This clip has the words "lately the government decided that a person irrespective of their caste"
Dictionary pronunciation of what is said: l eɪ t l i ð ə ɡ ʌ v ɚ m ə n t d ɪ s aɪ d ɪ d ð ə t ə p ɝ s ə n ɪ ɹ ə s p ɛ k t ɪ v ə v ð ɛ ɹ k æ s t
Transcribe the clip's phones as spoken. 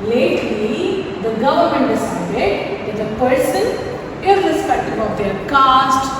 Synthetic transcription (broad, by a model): l eɪ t l i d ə ɡ ʌ v ɚ m ə n t d ɪ s aɪ d ɪ d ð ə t ə p ɝ s ə n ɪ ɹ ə s p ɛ k t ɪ b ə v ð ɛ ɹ k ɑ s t